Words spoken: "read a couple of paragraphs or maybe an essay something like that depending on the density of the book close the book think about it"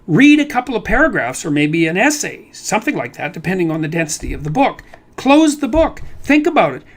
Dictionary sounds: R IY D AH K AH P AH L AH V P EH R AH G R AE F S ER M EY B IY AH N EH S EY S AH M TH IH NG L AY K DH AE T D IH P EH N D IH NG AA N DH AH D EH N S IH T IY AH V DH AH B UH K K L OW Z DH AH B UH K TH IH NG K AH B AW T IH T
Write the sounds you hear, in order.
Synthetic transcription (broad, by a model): R IY D AH K AH P L AH V P EH R AH G R AE F S ER M EY B IY AH N EH S EY S AH M TH IH NG L AY K DH AE T D IH P EH N D IH NG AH N DH AH D EH N S IH T IY AH V DH AH B UH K K L OW Z DH AH B UH K TH IH NG K AH B AW T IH T